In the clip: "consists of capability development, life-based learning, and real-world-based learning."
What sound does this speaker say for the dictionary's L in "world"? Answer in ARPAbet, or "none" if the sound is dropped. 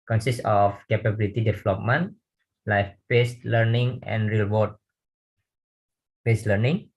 none